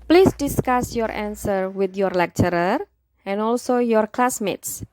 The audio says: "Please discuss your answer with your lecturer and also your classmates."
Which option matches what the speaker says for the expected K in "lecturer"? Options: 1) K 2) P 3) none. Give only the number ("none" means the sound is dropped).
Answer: 1